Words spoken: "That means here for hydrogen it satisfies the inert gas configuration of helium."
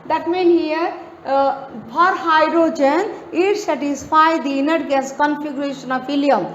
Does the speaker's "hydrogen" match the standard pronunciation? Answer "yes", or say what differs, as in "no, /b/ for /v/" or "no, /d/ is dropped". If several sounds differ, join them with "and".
yes